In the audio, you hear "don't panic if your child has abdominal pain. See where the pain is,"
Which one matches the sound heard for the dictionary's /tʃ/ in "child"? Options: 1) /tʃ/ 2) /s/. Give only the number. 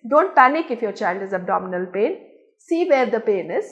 1